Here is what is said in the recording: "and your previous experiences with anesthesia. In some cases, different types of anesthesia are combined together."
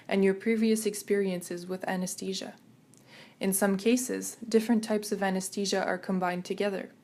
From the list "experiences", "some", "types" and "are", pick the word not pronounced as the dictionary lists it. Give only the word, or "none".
none